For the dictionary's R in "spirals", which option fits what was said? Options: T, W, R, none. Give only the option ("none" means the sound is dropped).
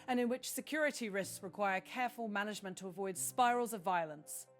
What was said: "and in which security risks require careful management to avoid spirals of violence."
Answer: R